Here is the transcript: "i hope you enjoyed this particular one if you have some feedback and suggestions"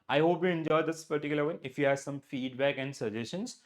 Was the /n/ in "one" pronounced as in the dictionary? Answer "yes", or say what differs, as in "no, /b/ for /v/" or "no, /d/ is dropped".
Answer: no, /n/ is dropped